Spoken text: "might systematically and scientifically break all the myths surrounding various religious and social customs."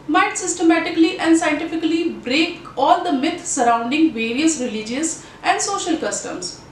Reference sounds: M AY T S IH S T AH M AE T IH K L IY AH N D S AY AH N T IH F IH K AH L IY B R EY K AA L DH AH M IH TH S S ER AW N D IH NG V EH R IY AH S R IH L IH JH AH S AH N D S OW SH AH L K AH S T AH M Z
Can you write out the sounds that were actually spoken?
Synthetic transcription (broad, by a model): M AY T S IH S T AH M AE T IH K L IY AH N D S AY AH N T IH F IH K AH L IY B R EY K AA L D AH M IH T S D AW N D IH NG V EH R IY AH S R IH L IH JH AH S AH N D S OW SH AH L K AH S T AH M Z